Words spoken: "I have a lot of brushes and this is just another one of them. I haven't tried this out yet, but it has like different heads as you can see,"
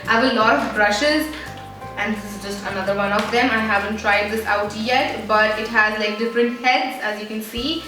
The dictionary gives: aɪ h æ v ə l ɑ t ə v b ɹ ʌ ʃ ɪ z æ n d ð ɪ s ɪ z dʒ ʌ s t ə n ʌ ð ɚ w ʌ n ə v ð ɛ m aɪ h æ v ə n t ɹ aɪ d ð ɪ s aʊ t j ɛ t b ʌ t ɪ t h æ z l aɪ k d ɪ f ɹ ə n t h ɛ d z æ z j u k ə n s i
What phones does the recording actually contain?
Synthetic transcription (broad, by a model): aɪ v ə l ɑ t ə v b ɹ ʌ ʃ ɪ z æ n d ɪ ɪ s ɪ z dʒ ʌ s t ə n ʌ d ɚ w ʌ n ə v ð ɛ m aɪ h æ v ə n t ɹ aɪ d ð ɪ s aʊ t j ɛ t b ʌ t ɪ t h æ z l aɪ k d ɪ f ɹ ə n t h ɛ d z æ z j u k ə n s i